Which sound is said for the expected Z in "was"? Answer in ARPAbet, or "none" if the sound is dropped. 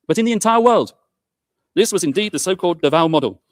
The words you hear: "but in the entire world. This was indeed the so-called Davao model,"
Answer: Z